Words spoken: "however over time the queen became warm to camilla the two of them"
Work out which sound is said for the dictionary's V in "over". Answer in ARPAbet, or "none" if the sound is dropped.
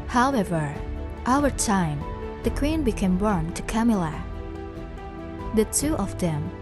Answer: W